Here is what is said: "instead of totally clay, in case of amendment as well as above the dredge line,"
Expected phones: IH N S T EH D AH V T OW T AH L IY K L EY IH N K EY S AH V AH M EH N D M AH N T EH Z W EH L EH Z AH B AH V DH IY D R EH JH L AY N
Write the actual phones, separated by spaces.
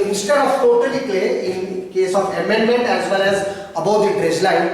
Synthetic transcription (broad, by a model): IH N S T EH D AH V T OW T AH L IY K EY IH N K EY S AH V AH M EH N D M AH N T EH Z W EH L EH Z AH B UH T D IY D R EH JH L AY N